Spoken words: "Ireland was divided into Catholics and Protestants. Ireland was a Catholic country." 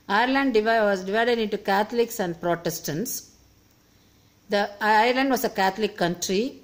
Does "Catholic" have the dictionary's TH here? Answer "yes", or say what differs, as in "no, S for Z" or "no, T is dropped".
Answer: no, T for TH